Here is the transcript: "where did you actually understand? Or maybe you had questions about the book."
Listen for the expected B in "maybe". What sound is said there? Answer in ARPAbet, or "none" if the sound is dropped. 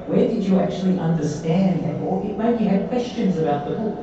none